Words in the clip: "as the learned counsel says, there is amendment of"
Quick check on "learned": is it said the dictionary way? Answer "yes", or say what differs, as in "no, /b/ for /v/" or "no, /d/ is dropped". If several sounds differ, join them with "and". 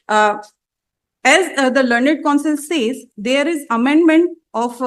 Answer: yes